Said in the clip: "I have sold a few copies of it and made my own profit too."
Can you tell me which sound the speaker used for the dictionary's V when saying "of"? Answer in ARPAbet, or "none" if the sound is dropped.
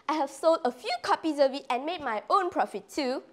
V